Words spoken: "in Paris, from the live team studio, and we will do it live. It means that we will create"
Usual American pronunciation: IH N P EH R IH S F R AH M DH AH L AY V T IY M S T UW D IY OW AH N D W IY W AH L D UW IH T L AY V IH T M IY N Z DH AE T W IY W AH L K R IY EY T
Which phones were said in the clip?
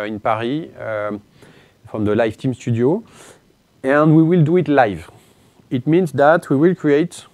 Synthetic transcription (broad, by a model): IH N P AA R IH F R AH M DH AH L AY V T IY M S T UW D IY OW AH N D W IY W AH L D UW IH T L AY V IH T M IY N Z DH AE T W IY W AH L K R IY EY T